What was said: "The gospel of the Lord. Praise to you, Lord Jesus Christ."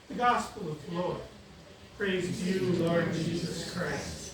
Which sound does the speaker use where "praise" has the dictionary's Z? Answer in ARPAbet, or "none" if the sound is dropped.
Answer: Z